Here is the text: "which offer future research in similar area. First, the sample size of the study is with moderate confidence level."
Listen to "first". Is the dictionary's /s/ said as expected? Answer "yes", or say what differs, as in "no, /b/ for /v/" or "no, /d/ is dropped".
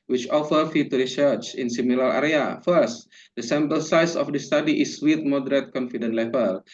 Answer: yes